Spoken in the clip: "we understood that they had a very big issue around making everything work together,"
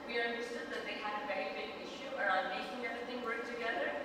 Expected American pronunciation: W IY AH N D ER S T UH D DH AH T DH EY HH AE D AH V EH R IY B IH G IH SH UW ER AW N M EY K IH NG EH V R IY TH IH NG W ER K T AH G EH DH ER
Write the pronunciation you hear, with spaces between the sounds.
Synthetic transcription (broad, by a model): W IY AH N D ER S T UH D DH AH T DH EY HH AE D AH V EH R IY B IH G IH SH UW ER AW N M EY K IH NG EH V R IY TH IH NG W ER K T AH G EH DH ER